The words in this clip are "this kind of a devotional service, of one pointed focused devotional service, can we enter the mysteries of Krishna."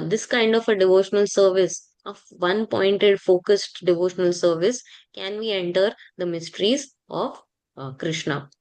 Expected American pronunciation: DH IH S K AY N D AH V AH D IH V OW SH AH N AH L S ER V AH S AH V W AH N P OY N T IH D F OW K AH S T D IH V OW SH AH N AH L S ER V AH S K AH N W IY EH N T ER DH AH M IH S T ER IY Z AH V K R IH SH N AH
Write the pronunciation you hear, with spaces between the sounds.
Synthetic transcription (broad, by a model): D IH S K AY N D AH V AH D IH V OW SH AH N AH L S ER V AH S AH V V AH N P OY N T IH D F OW K AH S T D IH V OW SH AH N AH L S ER V AH S K AH N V IY EH N T ER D AH M IH S T ER IY Z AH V K R IH SH N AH